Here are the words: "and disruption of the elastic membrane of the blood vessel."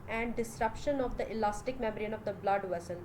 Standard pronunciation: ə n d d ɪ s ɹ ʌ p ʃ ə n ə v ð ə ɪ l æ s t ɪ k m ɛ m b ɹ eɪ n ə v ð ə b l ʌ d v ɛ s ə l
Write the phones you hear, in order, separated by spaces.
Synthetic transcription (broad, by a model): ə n d d ɪ s ɹ ʌ p ʃ ə n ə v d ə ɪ l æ s t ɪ k m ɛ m ɹ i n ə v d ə b l ʌ d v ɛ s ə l